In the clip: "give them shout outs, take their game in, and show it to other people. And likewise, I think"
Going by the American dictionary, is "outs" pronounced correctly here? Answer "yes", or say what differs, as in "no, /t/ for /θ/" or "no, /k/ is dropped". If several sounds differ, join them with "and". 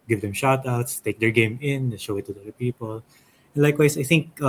yes